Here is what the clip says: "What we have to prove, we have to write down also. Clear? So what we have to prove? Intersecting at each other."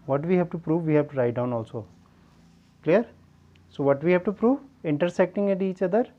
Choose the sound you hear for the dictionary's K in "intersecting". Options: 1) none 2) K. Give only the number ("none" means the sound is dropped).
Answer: 2